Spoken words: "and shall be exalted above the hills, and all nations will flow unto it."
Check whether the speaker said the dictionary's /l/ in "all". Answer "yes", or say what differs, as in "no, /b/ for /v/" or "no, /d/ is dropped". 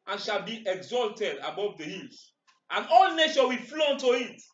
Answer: yes